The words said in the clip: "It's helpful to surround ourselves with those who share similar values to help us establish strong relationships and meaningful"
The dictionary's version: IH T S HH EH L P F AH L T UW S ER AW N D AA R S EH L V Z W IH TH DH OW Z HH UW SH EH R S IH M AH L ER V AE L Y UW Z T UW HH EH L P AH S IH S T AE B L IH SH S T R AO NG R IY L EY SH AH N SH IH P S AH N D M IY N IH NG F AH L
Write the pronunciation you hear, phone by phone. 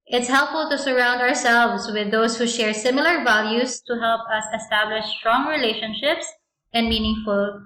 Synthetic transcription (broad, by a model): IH T S HH EH L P F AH L T UW S ER AW N D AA R S EH L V S W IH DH OW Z HH UW SH EH R S IH M AH L ER V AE L Y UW S T UW HH EH L P AH S IH S T AE B L IH SH S T R AO NG R IY L EY SH AH N SH IH P S AH N D M IY N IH NG F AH L